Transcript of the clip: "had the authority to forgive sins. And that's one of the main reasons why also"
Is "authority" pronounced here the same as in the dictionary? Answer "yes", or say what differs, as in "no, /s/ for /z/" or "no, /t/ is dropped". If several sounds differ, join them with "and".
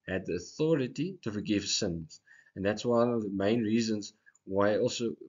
yes